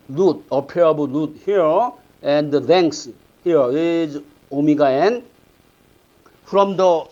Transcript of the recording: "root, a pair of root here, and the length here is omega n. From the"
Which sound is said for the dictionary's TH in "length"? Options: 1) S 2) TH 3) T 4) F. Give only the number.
1